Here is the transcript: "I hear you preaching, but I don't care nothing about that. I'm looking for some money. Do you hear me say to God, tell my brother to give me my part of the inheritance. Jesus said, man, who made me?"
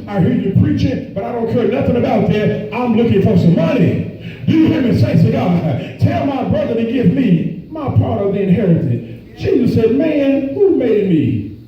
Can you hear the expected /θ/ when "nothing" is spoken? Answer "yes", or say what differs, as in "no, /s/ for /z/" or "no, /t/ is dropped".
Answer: yes